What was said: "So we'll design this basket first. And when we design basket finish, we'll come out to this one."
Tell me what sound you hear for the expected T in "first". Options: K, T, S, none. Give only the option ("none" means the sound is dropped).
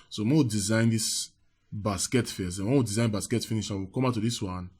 none